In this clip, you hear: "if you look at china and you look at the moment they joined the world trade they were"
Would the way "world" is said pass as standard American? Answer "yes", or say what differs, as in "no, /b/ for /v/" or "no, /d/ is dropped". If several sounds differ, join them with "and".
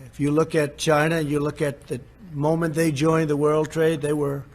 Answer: yes